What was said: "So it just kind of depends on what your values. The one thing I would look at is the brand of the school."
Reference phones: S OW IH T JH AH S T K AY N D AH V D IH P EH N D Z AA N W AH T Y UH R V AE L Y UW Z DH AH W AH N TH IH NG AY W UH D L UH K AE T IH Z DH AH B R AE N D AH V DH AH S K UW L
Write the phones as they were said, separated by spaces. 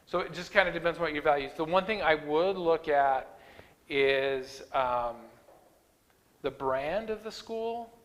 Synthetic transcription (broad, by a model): S OW IH T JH AH S K AY N D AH D IH P EH N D Z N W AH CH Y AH R V AE L Y UW Z DH AH W AH N TH IH NG AY W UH D L UH K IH T IH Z DH AH B R AE N D AH V DH AH S K UW L